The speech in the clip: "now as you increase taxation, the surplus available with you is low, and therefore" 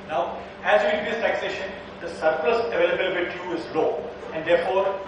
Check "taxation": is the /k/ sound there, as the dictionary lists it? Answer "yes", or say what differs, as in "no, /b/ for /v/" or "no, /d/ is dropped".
yes